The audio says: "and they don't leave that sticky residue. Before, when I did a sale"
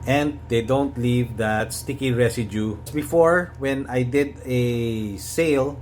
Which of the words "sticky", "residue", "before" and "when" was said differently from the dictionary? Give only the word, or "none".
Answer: residue